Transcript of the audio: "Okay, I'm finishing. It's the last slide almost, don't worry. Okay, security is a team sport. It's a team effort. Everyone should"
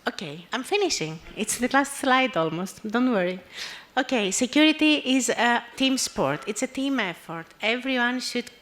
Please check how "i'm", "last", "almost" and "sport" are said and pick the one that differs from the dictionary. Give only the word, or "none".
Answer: none